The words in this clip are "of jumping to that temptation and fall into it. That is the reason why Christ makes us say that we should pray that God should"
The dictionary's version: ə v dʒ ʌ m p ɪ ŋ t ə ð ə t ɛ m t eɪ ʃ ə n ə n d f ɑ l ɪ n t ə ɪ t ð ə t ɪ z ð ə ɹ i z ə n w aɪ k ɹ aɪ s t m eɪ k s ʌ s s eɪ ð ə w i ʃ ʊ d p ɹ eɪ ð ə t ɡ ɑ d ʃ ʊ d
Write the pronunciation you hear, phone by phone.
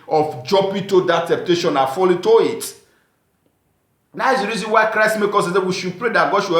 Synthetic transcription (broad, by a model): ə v dʒ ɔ p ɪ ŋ t ə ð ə t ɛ m t eɪ ʃ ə n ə f ɑ l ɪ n t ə ɪ t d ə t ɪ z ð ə ɹ i z ə n w aɪ k ɹ aɪ s t m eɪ k ɔ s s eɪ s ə w i ʃ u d p ɹ eɪ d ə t ɡ ɑ d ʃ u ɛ